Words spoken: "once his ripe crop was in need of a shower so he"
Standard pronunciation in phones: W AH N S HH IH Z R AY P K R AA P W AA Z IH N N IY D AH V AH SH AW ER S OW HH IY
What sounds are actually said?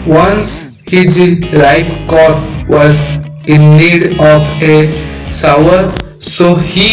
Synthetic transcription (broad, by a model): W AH N S HH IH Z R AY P K R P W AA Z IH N N IY D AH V AH S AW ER S OW HH IY